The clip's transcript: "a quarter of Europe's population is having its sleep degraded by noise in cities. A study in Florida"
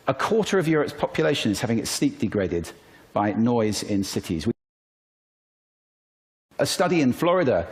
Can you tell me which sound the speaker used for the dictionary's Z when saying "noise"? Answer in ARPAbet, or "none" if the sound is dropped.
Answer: Z